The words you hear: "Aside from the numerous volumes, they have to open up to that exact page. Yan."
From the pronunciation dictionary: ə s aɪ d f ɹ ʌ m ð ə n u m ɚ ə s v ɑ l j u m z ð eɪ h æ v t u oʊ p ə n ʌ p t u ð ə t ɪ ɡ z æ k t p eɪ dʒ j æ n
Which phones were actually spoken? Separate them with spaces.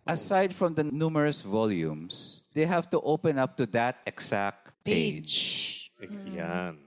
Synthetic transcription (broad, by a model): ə s aɪ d f ɹ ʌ m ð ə n u m ɚ ə s v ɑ l j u m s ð eɪ h æ v t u oʊ p ə n ʌ p t u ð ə t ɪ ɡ s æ k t p eɪ dʒ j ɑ n